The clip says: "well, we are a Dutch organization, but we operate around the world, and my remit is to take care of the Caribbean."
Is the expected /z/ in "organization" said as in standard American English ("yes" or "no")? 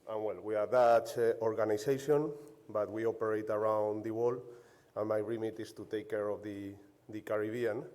no